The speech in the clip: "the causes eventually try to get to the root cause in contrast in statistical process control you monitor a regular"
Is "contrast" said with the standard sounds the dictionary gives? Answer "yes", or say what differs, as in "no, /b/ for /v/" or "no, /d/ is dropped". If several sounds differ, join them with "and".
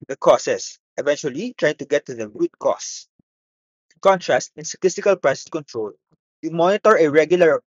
yes